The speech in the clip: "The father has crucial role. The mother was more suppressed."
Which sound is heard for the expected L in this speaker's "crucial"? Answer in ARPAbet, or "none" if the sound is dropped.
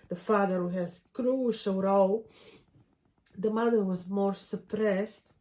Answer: W